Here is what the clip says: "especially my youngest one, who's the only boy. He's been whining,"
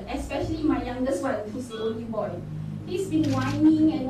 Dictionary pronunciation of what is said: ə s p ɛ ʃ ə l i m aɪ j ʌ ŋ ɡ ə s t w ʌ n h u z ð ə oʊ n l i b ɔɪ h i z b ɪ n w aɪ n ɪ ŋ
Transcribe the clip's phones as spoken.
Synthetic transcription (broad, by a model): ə s p ɛ ʃ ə l i m aɪ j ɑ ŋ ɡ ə s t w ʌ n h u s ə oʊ l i b ɔɪ h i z b ɪ n w aɪ n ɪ ŋ